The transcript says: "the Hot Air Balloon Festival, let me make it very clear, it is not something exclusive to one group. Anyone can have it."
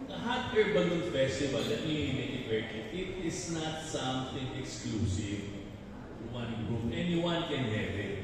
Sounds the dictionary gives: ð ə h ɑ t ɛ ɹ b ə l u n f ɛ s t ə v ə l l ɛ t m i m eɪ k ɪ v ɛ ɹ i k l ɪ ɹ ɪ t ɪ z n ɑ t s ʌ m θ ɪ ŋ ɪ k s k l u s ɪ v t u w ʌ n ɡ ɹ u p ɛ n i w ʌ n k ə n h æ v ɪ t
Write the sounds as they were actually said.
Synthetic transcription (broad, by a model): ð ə h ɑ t ɛ ɹ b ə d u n f ɛ s t ə v ə l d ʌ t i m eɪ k ɪ p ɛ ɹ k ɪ ɪ t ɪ s n ɑ t s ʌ m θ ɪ ŋ ɪ k s k l u s ɪ v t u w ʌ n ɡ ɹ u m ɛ n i w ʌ n k ə n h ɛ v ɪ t